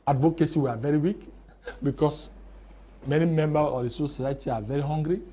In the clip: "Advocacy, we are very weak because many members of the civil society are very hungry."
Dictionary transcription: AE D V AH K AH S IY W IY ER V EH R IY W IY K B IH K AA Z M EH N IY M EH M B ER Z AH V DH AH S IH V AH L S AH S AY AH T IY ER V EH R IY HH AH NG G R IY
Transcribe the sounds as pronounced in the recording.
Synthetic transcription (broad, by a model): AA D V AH K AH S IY W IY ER V EH R IY W IY K B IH K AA S M EH N IY M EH M B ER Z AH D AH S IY AH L S AH S AY AH T IY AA V EH R IY HH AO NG G R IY